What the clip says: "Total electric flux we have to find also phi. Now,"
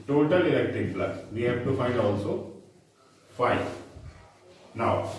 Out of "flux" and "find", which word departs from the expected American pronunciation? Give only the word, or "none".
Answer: flux